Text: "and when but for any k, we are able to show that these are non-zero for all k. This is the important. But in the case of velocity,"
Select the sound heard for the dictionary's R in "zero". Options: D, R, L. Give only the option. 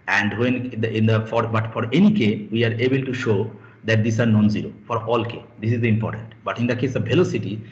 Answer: R